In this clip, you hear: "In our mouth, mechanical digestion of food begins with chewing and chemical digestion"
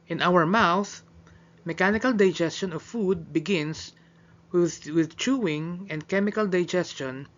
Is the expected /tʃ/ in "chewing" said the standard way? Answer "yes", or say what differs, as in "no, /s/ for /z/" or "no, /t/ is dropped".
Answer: yes